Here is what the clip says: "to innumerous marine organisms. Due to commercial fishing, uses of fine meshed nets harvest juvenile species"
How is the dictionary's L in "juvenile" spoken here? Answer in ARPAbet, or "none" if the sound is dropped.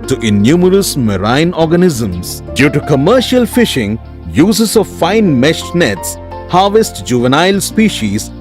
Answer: L